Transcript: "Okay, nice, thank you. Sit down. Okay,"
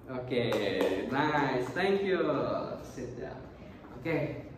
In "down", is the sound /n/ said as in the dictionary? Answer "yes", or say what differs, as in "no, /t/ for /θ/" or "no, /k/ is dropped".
no, /n/ is dropped